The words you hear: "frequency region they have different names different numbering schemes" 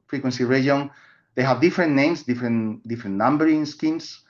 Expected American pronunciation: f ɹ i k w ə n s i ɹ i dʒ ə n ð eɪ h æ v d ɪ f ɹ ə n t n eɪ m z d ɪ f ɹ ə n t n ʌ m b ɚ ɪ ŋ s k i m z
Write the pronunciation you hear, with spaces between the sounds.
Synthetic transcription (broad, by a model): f ɹ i k w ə n s i ɹ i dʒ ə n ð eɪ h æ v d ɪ f ɹ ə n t n eɪ m s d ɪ f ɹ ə n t n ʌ m b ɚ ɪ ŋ s k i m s